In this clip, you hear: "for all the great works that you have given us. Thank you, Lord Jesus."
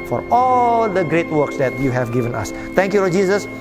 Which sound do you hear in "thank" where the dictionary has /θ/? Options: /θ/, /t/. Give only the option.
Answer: /t/